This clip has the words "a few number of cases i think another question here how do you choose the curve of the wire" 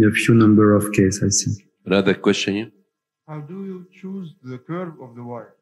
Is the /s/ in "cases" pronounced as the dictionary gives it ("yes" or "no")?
no